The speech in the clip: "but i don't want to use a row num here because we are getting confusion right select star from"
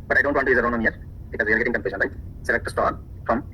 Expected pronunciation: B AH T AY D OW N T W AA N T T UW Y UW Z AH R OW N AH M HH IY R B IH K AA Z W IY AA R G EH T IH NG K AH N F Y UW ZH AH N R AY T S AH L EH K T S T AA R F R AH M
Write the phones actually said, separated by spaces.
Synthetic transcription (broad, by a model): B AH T AY D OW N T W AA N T T UW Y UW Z AH R OW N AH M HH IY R B IH K AA Z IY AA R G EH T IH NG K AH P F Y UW SH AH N L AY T S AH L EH K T S T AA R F R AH M